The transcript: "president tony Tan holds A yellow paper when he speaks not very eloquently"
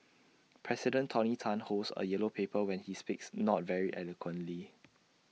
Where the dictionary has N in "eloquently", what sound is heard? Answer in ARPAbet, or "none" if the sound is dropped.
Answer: N